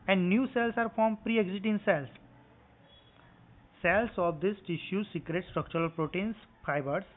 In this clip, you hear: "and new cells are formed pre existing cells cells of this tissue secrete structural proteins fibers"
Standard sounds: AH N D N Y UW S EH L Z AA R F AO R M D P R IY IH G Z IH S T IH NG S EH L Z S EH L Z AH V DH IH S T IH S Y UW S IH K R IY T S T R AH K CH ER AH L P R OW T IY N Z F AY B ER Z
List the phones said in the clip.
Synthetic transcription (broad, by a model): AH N D N Y UW S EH L S AA R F AO R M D P R IY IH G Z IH T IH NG S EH L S S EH L S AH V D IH S T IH SH Y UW S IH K R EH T S T R AH K CH ER AH L P R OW T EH N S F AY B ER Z